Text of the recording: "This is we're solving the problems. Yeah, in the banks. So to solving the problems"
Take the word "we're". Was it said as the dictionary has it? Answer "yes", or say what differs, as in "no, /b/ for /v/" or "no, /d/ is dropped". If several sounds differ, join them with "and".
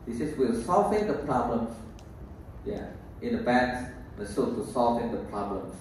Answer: no, /l/ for /ɹ/